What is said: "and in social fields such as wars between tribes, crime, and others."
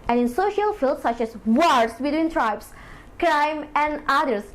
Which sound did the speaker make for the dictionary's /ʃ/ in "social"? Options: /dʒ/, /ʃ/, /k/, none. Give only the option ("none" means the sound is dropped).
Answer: /ʃ/